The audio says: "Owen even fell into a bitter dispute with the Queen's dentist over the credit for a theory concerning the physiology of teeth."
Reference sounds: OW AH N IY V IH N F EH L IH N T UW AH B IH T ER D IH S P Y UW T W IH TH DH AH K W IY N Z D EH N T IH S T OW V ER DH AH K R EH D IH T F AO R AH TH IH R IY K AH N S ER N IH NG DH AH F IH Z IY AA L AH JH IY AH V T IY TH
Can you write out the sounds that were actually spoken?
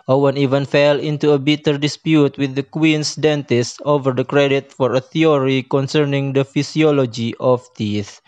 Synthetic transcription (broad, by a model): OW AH N IY V IH N F EH L IH N T UW AH B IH T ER D IH S P Y UW T W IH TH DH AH K W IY N S D EH N T IH S T OW V ER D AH K R EH D IH T F AO R AH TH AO R IY K AH N S ER N IH NG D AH F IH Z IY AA L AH JH IY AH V T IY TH